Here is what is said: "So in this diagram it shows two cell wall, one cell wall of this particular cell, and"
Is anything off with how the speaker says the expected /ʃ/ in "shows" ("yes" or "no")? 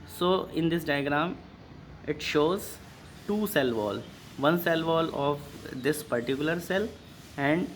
no